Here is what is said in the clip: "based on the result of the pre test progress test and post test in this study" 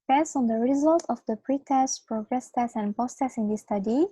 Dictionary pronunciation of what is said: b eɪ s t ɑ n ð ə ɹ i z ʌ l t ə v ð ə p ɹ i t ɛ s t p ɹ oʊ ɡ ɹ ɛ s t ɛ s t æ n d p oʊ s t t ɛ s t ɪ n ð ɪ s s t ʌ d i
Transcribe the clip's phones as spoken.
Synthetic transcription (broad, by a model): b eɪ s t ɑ n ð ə ɹ i z ʌ l t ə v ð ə p ɹ i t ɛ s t p ɹ oʊ ɡ ɹ ɛ s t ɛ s æ n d p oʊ s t t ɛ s ɪ n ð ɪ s s t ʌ d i